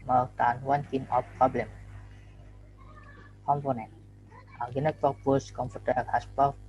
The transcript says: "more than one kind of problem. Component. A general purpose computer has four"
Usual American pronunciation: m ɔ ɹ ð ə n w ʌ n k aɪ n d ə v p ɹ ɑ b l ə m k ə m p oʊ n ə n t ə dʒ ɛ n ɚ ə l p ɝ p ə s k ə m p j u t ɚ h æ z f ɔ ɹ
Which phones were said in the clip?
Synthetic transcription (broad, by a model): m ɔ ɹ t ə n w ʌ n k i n ə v p ɹ ɑ b l ə m k ə m p oʊ n ə n t ə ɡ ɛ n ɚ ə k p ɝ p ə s k ə m p j u t ɚ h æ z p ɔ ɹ